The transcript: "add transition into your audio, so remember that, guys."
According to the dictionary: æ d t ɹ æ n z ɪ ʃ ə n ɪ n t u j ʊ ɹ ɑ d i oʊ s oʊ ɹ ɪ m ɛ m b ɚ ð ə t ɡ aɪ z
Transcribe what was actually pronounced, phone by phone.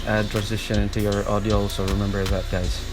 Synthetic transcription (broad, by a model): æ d t ɹ æ n z ɪ ʃ ə n ɪ n t u j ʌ ɹ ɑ d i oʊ s oʊ ɹ ɪ m ɛ m b ɚ ð ə t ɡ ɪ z